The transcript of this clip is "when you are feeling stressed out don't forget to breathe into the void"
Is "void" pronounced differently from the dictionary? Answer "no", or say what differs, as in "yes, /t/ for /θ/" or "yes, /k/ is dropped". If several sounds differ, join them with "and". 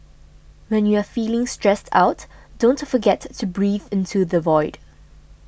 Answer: no